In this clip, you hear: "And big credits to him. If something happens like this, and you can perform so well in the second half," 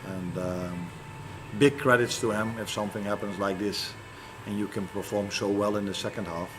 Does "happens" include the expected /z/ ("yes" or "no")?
yes